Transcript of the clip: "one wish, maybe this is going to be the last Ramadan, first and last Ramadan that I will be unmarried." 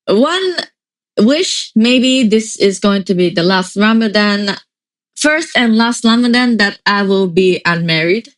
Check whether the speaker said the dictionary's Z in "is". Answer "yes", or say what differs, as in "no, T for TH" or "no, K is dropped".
yes